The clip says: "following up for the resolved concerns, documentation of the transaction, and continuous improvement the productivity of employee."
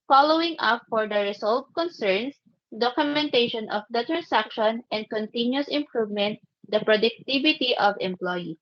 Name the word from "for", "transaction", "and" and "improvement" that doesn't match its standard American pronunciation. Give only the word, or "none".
transaction